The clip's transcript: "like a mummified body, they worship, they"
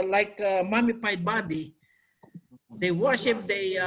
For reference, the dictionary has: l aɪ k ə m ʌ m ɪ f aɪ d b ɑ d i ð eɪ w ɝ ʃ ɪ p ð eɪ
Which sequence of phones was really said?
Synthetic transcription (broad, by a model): l aɪ k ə m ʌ m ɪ p aɪ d b ɑ d i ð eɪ w ɝ ʃ ɪ p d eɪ